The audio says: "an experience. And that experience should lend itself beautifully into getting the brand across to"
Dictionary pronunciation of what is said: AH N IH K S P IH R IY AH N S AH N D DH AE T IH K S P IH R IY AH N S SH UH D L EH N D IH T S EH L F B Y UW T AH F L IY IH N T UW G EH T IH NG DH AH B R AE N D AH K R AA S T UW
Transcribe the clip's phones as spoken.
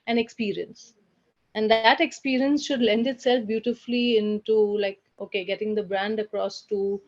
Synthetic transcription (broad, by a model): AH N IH K S P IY R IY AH N S AH N D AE T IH K S P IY R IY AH N S SH UH D L EH N D IH T S EH L F B Y UW T AH F L IY IH N T UW G EH T IH NG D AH B R AE N D AH K R AA S T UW